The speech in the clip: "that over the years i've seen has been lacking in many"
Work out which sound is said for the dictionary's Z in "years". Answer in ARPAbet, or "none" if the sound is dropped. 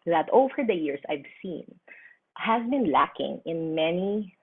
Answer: S